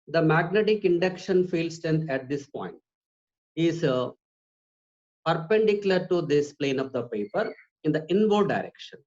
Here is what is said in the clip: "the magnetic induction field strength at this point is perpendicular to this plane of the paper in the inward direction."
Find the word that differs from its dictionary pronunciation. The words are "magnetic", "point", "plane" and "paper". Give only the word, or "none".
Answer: none